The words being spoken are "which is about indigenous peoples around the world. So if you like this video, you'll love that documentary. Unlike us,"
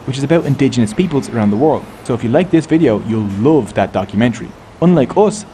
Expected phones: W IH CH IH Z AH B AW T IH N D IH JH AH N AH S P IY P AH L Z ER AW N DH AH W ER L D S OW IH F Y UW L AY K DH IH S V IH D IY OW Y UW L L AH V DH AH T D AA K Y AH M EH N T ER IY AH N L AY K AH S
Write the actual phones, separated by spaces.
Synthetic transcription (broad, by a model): W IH CH IH Z AH B AW T IH N D IH JH AH N AH S P IY P AH L Z ER AW N DH AH W ER L D S OW IH F Y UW L AY K DH IH S V IH D IY OW Y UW L L AH V DH AH T D AA K Y AH M EH N T ER IY AH N L AY K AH S